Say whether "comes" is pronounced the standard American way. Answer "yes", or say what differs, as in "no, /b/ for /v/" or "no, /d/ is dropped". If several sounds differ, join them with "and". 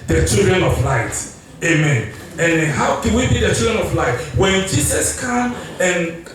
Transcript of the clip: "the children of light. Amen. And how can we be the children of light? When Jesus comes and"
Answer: no, /z/ is dropped